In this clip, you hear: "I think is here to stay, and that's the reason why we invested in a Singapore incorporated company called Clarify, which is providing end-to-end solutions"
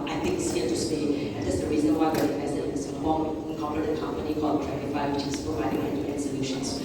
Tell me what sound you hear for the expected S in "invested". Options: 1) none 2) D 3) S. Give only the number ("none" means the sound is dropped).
1